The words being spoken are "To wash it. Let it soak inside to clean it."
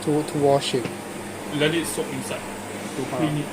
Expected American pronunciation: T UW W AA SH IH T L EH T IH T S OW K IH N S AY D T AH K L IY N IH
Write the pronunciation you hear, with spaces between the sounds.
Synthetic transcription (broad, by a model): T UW W AA SH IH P L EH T IH T S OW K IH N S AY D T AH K IY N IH